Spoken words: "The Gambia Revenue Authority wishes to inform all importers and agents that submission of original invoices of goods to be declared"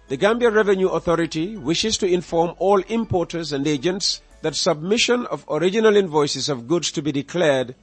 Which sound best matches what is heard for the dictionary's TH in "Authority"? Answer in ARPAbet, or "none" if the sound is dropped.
TH